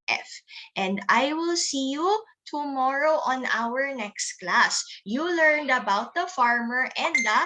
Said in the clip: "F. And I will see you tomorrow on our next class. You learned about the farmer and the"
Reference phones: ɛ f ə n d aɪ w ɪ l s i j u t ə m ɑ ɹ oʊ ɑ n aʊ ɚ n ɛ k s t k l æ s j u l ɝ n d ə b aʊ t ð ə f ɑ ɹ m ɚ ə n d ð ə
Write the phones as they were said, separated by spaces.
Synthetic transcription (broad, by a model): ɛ f ə n d aɪ w ɪ l s i j u t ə m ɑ ɹ oʊ ɑ n aʊ ɚ n ɛ k s t k l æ s j u l ɝ n d ə b aʊ t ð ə f ɑ ɹ m ɚ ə n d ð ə